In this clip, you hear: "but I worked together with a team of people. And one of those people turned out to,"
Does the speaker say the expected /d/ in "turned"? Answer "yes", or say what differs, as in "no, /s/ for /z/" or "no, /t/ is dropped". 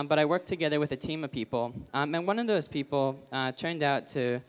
yes